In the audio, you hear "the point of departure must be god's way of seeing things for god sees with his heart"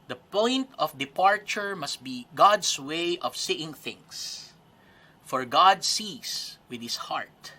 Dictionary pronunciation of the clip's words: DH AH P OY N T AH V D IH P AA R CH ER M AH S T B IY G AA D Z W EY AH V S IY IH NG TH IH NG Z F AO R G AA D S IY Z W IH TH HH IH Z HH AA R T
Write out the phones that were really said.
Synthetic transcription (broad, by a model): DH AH P OY N T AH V D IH P AA R CH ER M AH S T B IY G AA D S W EY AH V S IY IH NG TH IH NG S F AO R G AA D S IY S W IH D HH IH S HH AA R T